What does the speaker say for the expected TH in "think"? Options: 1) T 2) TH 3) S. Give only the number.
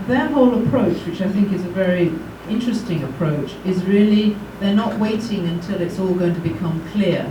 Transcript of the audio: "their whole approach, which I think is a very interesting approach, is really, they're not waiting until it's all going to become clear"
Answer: 2